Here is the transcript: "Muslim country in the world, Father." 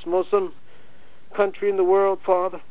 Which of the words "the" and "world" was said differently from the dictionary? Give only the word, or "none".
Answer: none